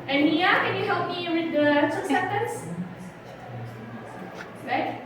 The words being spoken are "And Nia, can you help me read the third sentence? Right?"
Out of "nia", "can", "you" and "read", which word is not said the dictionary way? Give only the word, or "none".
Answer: read